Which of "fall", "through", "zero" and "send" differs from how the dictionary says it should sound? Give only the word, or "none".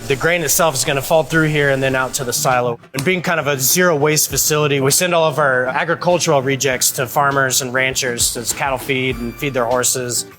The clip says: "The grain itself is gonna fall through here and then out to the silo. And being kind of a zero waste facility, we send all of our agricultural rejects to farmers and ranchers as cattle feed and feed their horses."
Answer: none